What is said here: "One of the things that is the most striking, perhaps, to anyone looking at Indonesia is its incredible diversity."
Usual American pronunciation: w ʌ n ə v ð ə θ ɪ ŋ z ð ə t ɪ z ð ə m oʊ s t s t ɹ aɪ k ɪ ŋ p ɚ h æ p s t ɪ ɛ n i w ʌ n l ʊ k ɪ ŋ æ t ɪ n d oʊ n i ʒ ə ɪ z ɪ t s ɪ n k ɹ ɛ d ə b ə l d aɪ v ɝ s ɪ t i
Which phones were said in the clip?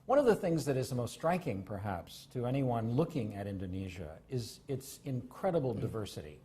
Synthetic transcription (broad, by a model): w ʌ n ə v ð ə θ ɪ ŋ z ð ə t ɪ z ð ə m oʊ s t s t ɹ aɪ k ɪ ŋ p ɚ h æ p s t ɪ ɛ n i w ʌ n l ʊ k ɪ ŋ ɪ t ɪ n d oʊ n i ʒ ə ɪ z ɪ t s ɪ n k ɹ ɛ d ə b l d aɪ v ɝ s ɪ t i